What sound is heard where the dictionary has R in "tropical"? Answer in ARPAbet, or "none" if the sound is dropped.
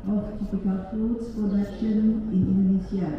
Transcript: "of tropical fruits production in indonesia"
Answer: none